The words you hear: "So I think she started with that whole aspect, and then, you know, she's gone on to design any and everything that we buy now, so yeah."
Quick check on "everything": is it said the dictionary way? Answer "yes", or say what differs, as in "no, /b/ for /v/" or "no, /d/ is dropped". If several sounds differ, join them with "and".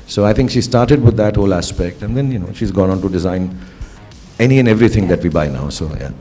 no, /t/ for /θ/